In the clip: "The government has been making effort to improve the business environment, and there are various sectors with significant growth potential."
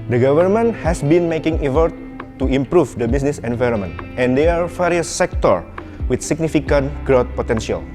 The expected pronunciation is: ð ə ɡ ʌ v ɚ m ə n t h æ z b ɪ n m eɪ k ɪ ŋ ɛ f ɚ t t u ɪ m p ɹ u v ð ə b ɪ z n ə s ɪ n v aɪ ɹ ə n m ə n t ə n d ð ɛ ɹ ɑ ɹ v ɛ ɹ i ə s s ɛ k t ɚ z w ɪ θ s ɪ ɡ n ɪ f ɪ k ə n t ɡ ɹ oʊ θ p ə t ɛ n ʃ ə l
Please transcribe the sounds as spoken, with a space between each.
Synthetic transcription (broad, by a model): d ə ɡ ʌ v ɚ m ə n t h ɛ s b ɪ n m eɪ k ɪ ŋ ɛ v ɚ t t u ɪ m p ɹ u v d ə b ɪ s n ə s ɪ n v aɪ ɹ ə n m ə n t ə n d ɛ ɑ ɹ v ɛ ɹ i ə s s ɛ k t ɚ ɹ w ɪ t s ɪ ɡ n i f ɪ k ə n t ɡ ɹ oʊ t p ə t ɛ n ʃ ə l